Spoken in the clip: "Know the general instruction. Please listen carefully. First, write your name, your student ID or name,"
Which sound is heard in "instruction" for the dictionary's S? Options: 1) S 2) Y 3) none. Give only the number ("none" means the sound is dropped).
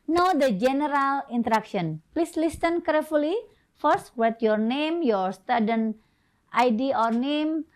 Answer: 3